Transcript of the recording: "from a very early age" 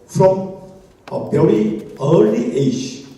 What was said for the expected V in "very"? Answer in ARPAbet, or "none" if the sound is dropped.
B